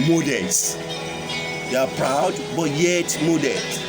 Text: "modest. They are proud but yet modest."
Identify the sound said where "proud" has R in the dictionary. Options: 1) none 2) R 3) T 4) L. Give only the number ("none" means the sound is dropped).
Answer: 2